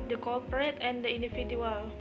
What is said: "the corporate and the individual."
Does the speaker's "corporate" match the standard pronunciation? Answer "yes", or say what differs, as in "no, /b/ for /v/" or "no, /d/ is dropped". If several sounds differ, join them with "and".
no, /l/ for /ɹ/